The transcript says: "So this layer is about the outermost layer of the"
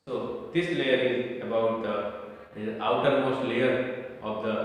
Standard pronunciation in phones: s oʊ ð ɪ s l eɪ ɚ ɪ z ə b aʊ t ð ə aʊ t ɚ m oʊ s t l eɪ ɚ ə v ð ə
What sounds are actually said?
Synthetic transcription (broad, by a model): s oʊ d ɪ s l eɪ ɚ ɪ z ə b aʊ t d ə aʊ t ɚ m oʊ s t l eɪ ɚ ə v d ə